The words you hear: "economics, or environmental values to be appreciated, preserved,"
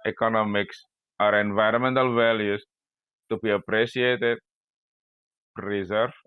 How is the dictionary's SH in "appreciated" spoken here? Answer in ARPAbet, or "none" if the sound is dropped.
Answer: S